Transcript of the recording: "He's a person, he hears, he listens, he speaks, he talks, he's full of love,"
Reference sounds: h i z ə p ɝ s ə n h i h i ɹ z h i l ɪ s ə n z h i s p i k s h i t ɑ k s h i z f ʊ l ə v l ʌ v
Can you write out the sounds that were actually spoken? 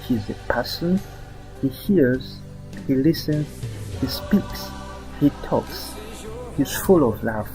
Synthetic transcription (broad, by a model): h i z ə p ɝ s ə n h i h i ɹ z h i l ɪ s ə n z h i s p i k s h i t ɑ k s h i z f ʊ l ə v l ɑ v